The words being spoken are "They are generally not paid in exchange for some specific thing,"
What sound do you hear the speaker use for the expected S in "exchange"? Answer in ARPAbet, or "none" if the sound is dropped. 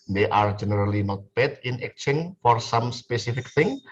none